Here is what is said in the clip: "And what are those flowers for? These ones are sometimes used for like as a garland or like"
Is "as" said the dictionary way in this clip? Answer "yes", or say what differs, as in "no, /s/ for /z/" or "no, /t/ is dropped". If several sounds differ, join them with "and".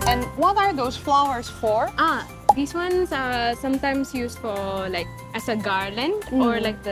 no, /s/ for /z/